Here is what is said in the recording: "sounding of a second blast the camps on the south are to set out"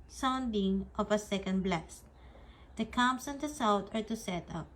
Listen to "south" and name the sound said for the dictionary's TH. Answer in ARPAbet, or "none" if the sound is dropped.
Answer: T